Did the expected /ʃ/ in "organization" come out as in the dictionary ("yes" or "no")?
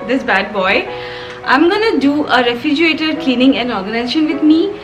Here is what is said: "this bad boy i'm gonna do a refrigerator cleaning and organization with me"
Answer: yes